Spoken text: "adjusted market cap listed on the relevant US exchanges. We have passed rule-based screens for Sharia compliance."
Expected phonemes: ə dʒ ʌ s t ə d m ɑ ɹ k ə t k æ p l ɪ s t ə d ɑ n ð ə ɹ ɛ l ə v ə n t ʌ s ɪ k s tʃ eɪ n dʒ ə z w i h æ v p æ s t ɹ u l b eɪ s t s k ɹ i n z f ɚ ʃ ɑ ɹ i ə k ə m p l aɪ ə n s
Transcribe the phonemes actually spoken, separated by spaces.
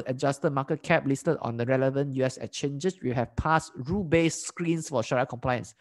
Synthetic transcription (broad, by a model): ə dʒ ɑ s t ə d m ɑ k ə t k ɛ p l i s t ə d ɑ n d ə ɹ ɛ l ə v ə n t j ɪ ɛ s tʃ eɪ n dʒ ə s w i h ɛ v p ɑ s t ɹ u b eɪ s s k ɹ i n s f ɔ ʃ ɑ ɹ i k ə m p l aɪ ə n s